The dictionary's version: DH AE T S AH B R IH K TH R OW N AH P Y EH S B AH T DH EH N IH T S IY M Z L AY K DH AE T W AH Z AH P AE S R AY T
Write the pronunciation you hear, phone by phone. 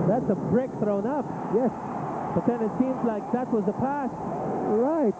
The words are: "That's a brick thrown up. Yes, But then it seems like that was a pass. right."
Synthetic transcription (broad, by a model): DH AE T S AH B R IH K TH R OW N AH P Y EH S B AH T DH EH N IH T S IY M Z L AY K DH AE T W AH Z AH P AE S R AY T